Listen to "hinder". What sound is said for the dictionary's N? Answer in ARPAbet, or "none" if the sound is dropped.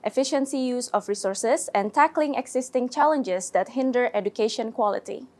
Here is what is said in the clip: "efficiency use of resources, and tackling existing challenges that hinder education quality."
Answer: N